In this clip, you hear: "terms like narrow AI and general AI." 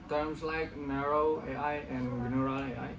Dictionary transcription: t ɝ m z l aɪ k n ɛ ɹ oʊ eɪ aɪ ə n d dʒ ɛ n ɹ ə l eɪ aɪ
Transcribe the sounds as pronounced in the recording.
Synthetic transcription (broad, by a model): t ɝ m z l aɪ k n ɛ ɹ oʊ eɪ aɪ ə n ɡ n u ɹ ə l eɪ aɪ